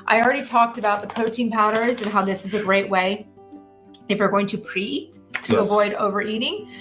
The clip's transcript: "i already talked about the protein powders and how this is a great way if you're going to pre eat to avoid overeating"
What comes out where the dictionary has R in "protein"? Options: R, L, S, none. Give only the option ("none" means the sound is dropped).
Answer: none